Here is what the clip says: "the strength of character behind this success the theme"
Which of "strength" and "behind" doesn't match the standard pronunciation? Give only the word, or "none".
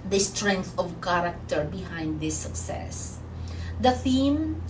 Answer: none